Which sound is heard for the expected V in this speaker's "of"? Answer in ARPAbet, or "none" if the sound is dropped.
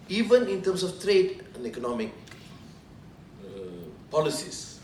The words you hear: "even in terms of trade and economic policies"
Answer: F